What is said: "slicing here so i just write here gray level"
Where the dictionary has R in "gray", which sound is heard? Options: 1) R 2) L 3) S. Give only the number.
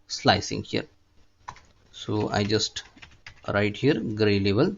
1